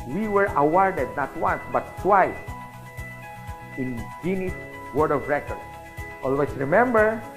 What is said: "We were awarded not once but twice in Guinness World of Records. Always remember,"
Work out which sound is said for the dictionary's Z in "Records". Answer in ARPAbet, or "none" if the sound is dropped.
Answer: none